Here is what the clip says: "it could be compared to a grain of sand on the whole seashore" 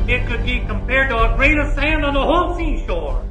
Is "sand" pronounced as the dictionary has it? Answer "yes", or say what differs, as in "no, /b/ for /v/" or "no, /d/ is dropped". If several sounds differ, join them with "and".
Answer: yes